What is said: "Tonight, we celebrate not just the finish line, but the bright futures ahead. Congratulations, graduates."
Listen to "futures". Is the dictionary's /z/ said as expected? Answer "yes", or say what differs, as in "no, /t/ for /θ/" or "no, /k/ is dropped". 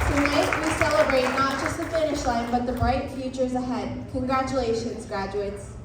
yes